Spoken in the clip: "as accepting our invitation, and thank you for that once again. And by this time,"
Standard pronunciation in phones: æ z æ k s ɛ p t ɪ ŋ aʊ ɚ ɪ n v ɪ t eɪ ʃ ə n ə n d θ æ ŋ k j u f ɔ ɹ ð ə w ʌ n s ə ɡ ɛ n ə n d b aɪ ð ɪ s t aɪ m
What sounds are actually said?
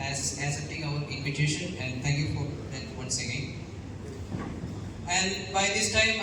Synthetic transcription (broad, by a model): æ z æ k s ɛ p t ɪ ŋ aʊ ɚ ɪ n v ɪ t eɪ ʃ ə n ə n d t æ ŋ k j u f ɔ ɹ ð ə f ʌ s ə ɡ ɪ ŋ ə n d b aɪ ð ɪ s t aɪ m